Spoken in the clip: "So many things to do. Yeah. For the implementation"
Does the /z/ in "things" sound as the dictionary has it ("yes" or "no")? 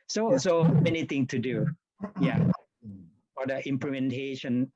no